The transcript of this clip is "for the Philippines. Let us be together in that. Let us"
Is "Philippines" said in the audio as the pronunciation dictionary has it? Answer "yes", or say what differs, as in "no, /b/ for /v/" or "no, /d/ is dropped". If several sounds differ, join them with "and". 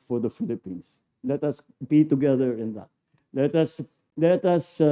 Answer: no, /s/ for /z/